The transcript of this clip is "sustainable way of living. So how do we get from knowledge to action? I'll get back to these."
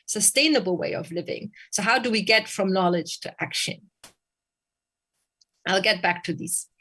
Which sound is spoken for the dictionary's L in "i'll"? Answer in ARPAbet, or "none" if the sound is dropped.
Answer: L